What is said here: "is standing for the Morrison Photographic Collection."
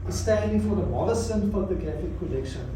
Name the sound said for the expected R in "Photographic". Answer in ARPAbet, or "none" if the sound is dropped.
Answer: none